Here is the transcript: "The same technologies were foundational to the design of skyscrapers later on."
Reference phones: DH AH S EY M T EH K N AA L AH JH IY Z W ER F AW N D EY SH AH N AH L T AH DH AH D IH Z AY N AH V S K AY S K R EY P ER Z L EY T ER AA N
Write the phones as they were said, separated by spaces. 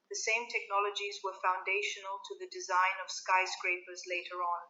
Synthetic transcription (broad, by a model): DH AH S EY M T EH K N AA L AH JH IY Z W ER F AW N D EY SH AH N AH L T AH DH AH D IH Z AY N AH V S K AY S K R EY P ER Z L EY T ER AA N